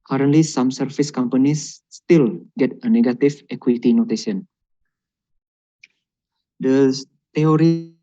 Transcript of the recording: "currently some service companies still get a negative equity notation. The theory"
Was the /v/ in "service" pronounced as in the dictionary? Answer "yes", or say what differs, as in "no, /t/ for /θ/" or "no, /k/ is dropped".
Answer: no, /f/ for /v/